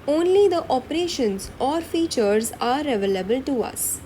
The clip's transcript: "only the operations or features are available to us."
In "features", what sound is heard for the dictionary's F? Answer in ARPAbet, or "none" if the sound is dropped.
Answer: F